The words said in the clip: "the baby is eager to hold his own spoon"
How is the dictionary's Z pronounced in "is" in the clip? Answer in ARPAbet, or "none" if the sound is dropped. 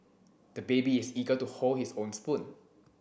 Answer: S